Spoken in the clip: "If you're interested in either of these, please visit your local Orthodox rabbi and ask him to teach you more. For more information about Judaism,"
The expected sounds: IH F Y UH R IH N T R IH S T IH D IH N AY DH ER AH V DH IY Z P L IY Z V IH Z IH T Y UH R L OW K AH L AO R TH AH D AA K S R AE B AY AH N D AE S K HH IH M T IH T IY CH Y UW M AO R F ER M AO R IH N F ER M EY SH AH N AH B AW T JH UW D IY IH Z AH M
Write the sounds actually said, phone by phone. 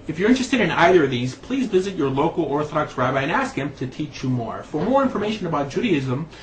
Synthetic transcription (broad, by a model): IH F Y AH R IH N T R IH S T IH D IH N AY DH ER AH V DH IY Z P L IY Z V IH Z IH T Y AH R L OW K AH L AO R TH AH D AA K S R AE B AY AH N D AE S K HH IH M T IH T IY CH Y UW M AO R F ER M AO R IH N F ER M EY SH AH N AH B AW T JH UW D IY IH Z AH M